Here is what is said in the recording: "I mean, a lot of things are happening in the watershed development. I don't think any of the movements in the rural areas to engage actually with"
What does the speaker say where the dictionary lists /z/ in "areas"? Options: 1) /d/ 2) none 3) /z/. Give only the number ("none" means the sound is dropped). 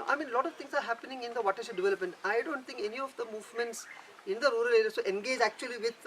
2